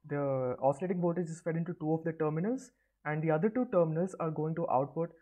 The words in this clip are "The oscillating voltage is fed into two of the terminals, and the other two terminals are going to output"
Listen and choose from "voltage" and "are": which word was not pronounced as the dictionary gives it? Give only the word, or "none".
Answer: voltage